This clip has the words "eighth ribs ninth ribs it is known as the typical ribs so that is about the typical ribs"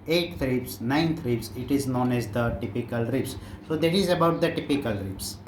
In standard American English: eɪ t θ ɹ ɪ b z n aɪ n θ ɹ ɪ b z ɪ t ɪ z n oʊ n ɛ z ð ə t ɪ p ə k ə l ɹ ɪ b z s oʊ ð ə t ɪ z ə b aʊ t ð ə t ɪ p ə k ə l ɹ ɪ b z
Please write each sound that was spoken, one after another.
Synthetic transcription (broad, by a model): eɪ t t ɹ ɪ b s n aɪ n t ɹ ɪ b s ɪ t ɪ z n oʊ n ɛ z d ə t ɪ p ə k ə l ɹ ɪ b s s oʊ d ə t ɪ z ə b aʊ t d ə t ɪ p ə k ə l ɹ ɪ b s